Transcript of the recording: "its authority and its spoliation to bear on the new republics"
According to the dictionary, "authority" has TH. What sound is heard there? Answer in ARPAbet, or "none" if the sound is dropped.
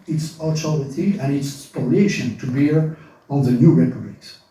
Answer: T